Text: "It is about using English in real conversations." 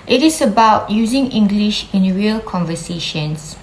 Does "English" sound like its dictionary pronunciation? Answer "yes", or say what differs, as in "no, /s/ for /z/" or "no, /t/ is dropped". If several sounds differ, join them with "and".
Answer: yes